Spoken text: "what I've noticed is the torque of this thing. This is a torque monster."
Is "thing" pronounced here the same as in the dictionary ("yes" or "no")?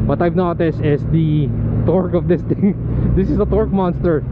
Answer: no